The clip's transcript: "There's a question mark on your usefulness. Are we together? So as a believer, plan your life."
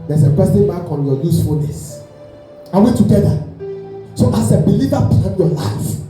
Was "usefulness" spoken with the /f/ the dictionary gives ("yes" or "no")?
yes